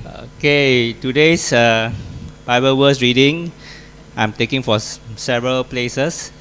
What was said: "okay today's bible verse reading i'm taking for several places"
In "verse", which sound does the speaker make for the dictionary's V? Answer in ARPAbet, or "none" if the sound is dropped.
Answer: W